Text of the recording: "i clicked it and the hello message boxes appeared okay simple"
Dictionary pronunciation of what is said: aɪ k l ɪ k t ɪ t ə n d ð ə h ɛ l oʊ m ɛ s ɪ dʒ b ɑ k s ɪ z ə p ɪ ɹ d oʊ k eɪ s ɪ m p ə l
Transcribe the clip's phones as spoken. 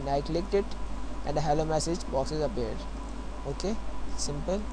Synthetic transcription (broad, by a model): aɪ k l ɪ k t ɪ t ə n d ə h ɛ l oʊ m ɛ s ɪ dʒ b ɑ k s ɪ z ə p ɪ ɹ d oʊ k eɪ s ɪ m p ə l